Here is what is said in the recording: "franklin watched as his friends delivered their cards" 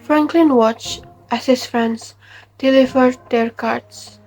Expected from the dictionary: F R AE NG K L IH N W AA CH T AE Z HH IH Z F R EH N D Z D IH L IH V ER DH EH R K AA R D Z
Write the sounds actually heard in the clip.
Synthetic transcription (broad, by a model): F R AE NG K L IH N W AA CH T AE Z HH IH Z F R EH N D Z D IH L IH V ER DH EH R K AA R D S